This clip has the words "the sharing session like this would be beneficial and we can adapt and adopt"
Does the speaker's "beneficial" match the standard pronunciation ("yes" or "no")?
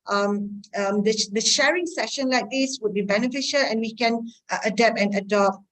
yes